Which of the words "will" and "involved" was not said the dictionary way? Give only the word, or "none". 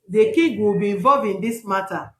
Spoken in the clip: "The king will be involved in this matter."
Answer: involved